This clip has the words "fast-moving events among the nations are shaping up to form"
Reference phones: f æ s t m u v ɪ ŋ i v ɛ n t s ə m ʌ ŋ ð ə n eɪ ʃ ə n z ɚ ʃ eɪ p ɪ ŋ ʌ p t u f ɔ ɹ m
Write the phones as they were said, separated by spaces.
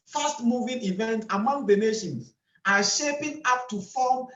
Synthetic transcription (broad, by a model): f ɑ s t m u v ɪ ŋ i v ɛ n t ə m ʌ ŋ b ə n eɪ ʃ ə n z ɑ ʃ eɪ p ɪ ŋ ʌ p t u f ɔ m